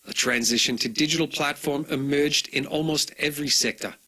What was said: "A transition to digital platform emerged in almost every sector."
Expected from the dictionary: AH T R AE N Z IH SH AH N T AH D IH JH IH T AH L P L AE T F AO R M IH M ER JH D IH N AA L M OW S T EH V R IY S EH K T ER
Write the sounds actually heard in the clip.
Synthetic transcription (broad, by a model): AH T R AE N Z IH SH AH N T AH D IH JH IH T AH L P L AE T F AO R M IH M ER JH D IH N AA L M OW S T EH V R IY S EH K T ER